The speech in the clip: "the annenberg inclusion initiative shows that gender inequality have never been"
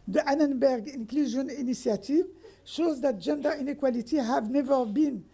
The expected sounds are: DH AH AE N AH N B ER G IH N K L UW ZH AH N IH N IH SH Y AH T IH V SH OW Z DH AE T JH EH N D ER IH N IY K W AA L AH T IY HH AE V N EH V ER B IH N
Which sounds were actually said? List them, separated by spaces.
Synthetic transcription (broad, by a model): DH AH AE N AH N B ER G IH N K L UW ZH AH N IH N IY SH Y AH T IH V SH OW Z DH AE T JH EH N D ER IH N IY K W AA L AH T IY HH AE V N EH V ER B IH N